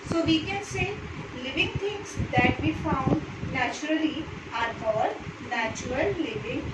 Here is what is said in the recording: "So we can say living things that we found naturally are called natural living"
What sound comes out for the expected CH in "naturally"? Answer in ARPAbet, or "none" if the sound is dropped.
CH